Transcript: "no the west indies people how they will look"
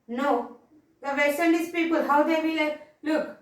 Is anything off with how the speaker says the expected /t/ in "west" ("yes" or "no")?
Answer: yes